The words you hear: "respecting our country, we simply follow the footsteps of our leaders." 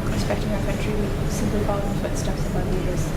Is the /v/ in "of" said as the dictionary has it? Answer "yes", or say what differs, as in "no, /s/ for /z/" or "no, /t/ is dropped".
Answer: no, /b/ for /v/